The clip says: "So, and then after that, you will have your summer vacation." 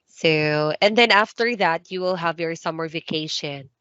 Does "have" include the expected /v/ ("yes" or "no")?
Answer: yes